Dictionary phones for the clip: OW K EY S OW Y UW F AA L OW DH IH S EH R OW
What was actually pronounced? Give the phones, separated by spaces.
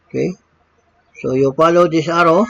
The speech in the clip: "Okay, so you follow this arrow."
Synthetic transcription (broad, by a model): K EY S OW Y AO P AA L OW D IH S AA R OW